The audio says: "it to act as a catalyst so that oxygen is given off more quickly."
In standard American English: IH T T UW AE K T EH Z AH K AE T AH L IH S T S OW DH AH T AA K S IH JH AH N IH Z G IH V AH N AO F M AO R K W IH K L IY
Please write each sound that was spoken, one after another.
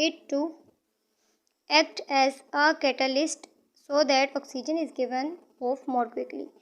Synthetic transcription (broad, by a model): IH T T UW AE K T EH Z AH K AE T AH L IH S T S OW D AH T AA K S IH JH AH N IH Z G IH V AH N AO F M AO R K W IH K L IY